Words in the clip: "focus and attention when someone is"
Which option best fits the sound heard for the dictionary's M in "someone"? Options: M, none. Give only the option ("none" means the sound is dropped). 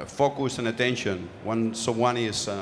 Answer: none